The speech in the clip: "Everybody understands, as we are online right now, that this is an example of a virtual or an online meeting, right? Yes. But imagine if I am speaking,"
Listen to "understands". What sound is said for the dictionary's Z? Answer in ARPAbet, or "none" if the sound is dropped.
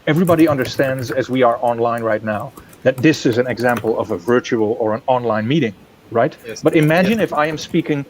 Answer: Z